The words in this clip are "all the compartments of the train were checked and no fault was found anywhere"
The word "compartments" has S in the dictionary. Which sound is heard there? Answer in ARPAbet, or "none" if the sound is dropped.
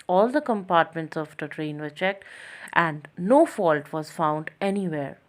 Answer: S